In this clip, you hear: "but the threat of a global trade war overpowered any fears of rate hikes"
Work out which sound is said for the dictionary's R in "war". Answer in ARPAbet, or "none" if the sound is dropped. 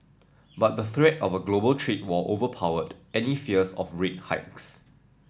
L